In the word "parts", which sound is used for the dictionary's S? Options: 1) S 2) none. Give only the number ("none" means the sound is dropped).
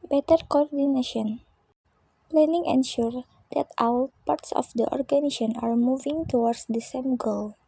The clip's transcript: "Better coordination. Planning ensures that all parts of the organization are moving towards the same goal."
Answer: 1